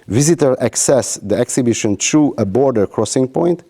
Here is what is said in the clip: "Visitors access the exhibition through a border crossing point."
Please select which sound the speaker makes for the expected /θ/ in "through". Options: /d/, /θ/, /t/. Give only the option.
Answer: /t/